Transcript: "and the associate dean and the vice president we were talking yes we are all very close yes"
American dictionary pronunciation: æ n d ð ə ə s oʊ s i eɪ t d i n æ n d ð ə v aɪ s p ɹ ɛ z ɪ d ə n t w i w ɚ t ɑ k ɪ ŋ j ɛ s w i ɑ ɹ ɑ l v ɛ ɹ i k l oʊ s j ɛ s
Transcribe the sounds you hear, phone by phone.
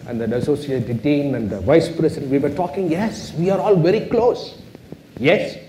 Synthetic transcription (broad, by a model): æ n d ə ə s oʊ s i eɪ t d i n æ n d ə v aɪ s p ɹ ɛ s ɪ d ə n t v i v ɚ t ɑ k ɪ ŋ j ɛ s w i ɑ ɹ ɑ l v ɛ ɹ i k l oʊ s j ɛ s